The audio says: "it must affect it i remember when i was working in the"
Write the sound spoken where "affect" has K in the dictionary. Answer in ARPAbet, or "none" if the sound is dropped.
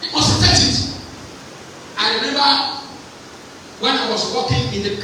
none